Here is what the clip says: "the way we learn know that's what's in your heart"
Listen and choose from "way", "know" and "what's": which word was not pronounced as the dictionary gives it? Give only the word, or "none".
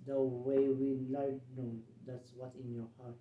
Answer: what's